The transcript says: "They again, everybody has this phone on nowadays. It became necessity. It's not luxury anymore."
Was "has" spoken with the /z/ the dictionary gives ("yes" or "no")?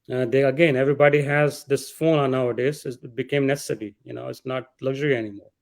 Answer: yes